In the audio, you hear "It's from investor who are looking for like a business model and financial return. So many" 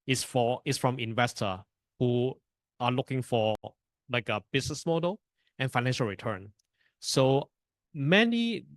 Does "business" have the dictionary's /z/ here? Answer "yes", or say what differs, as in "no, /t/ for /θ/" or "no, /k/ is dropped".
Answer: no, /s/ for /z/